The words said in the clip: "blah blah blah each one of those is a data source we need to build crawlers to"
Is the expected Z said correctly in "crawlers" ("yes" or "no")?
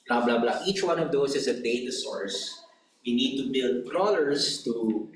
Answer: no